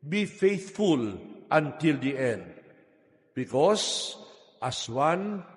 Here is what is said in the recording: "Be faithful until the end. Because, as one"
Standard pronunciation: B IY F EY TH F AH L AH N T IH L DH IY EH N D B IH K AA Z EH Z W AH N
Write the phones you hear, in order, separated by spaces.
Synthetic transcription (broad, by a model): B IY F EY TH F AH L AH N T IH L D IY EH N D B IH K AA S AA S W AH N